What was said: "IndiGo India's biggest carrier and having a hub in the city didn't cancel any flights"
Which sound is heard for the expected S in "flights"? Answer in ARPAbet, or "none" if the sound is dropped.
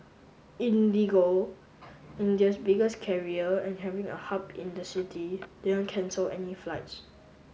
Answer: S